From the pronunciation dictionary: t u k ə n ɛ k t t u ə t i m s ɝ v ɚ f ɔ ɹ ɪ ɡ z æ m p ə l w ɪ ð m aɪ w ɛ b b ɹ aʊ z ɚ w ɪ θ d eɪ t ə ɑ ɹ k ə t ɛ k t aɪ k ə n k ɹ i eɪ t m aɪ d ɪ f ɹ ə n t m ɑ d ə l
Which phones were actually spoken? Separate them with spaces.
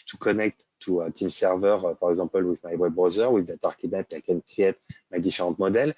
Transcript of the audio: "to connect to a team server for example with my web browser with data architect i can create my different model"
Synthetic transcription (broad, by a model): t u k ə n ɛ k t t u ə t i m s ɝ v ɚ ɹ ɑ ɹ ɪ ɡ z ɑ p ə l w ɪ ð m aɪ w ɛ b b ɹ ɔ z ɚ w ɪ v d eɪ t ɑ ɹ k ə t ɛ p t aɪ k ə n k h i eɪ t m aɪ d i f ɹ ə t m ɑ d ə l